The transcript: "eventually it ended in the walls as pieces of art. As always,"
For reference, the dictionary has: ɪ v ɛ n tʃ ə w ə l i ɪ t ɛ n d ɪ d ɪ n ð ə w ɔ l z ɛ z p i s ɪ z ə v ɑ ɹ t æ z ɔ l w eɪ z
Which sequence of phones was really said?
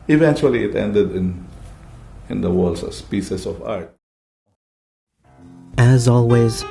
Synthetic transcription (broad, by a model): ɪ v ɛ n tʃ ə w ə l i ɪ t ɛ n d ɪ d ɪ n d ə w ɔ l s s p i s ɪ s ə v ɑ ɹ t æ z ɔ l w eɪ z